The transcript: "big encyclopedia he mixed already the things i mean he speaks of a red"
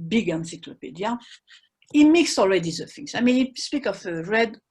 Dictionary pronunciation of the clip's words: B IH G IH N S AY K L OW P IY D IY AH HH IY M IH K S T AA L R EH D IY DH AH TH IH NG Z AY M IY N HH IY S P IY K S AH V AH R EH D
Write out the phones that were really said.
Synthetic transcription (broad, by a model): B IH G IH N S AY K L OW P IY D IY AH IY M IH K S AA L R EH D IY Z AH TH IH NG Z AY M IY N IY S P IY K AH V AH R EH D